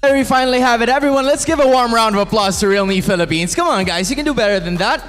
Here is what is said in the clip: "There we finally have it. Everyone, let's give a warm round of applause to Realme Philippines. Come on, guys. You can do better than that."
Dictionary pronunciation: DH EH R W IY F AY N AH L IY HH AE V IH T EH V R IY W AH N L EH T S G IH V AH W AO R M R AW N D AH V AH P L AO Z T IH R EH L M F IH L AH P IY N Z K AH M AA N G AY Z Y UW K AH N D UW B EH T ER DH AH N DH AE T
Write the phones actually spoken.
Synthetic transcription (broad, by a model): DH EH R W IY F AY N L IY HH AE V IH T EH V R IY W AH N L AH T S G IH V AH W AO R M R AW N D AH V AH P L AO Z T IH R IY L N F IH L AH P IY N Z K AH M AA N G AY Z Y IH K AH N D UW B EH T ER DH AH N DH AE T